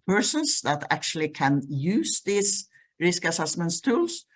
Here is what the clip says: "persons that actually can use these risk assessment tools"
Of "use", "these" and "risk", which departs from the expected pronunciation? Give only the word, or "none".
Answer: these